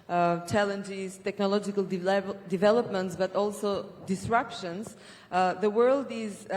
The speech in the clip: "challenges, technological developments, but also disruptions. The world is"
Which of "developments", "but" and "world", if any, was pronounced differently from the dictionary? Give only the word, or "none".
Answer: none